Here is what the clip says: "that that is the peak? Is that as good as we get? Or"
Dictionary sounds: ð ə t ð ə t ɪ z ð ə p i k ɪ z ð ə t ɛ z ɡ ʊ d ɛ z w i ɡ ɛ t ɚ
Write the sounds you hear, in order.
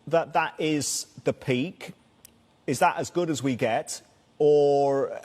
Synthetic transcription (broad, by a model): ð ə t ð ə t ɪ z ð ə p i k ɪ z ð ə t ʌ z ɡ ʊ d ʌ z w i ɡ ɛ t ɚ